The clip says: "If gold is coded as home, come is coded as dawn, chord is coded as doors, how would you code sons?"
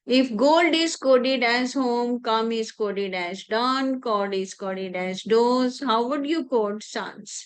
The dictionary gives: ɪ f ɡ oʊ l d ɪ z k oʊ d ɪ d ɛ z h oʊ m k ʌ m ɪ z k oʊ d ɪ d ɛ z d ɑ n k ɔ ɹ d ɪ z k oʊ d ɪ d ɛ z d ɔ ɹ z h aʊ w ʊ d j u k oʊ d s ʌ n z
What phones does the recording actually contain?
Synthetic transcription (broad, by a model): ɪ f ɡ oʊ l d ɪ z k oʊ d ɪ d ɛ z h oʊ m k ʌ m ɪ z k oʊ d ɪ d ɛ z d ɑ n k ɔ l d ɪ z k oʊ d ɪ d ɛ z d ɔ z h aʊ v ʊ d j u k oʊ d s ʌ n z